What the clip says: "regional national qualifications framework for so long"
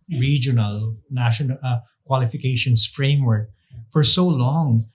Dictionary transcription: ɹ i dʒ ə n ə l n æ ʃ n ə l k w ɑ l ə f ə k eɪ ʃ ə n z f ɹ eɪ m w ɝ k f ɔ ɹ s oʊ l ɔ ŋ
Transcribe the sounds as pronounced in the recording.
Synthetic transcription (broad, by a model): ɹ i dʒ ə n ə l n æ ʃ ə n k w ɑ l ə f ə k eɪ ʃ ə n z f ɹ eɪ m w ɝ k f ɔ ɹ s oʊ l ɔ ŋ